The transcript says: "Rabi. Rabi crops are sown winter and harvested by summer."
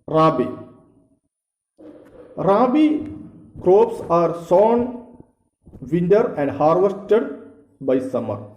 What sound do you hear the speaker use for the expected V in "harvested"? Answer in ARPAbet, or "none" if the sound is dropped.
V